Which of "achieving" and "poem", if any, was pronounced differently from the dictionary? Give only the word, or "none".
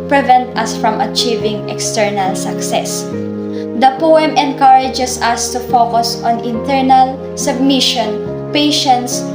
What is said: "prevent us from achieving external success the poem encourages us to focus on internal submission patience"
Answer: none